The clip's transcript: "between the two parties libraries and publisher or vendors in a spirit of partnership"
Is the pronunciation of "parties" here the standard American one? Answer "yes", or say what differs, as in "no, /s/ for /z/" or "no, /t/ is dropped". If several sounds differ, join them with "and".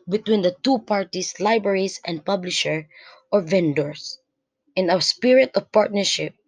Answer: no, /s/ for /z/